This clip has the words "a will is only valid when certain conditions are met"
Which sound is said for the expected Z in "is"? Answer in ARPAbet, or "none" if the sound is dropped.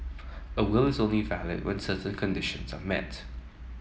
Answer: Z